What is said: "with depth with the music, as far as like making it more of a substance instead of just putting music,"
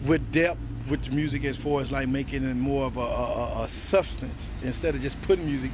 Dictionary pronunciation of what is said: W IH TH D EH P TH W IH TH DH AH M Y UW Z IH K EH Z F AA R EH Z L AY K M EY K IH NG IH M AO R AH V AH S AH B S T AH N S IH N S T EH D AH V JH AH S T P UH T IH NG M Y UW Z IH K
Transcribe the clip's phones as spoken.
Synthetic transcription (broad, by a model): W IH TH D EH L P W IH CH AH M Y UW Z IH K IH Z F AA R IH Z L AY K M EY K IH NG IH M AO R AH V AH S AH B S T AH N S IH N S T EH D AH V JH AH S P UH T IH NG M Y UW Z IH K